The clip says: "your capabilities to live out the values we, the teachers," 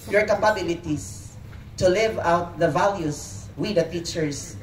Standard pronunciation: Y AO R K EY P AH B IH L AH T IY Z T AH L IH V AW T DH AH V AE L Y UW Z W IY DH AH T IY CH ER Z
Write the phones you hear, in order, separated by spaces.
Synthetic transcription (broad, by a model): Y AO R K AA P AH B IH L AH T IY S T AH L IH V AW T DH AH V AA L Y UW S W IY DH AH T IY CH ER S